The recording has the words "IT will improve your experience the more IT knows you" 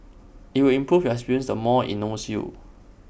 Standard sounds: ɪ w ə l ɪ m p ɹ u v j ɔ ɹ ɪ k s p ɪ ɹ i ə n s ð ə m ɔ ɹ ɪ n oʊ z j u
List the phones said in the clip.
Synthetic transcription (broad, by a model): ɪ w ə l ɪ m p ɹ u f j ɔ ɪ k s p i ɹ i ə n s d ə m ɔ ɪ n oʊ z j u